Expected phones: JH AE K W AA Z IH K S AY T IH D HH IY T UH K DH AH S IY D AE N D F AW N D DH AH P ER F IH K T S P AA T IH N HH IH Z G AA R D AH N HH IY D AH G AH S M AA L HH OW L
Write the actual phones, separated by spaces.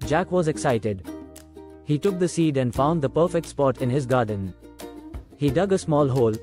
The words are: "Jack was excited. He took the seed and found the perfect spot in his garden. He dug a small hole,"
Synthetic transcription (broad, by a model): JH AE K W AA Z IH K S AY T IH D HH IY T UH K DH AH S IY D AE N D F AW N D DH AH P ER F IH K T S P AA T IH N HH IH Z G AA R D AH N HH IY D AH G AH S M AA L HH OW L